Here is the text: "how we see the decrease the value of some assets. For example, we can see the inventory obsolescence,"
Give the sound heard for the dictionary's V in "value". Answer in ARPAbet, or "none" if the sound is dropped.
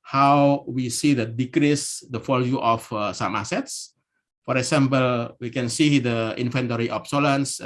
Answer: F